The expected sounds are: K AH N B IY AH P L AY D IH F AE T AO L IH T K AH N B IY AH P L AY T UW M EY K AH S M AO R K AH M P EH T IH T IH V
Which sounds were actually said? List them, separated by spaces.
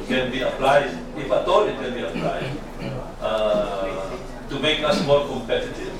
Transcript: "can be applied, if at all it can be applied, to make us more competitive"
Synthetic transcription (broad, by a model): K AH N B IY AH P L AY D IH F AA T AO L IH T K AH N B IY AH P L AY T UW M EY K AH S M AO L K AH M P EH T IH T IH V